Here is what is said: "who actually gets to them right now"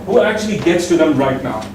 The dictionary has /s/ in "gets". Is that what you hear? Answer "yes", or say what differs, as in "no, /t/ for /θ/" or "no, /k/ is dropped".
yes